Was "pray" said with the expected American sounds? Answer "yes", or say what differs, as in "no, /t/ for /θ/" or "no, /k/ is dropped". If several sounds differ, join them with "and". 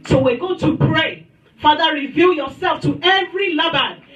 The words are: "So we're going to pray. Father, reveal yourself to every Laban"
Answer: yes